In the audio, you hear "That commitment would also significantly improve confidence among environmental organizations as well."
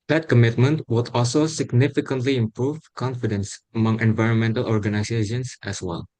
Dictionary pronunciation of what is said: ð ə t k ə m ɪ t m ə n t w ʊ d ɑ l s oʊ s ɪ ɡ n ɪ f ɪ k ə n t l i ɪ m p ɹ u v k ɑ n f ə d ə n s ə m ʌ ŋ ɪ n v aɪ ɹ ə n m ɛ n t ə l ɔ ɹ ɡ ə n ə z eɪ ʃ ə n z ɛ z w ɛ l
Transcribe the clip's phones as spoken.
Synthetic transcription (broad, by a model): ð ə t k ə m ɪ t m ə n t w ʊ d ɑ l s oʊ s ɪ ɡ n ɪ f ɪ k ə n t l i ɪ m p ɹ u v k ɑ n f ə d ə n s ə m ʌ ŋ ɪ n v aɪ ɹ ə n m ɛ n t ə l ɔ ɹ ɡ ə n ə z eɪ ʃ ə n s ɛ s w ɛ l